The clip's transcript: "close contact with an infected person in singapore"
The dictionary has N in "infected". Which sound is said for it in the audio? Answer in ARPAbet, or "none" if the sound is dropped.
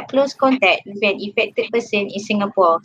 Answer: none